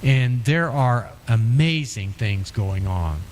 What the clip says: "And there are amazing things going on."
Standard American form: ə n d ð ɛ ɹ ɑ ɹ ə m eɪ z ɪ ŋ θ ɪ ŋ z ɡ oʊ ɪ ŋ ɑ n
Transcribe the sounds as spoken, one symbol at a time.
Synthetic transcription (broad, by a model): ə n ð ɛ ɹ ɑ ɹ ə m eɪ z ɪ ŋ θ ɪ ŋ z ɡ oʊ ɪ ŋ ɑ n